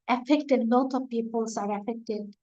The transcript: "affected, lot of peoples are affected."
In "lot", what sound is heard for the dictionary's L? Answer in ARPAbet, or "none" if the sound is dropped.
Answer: N